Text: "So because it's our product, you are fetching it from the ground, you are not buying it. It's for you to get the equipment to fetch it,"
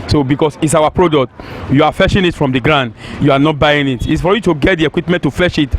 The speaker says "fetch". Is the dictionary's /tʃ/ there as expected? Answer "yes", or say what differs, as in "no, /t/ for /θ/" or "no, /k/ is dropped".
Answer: no, /ʃ/ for /tʃ/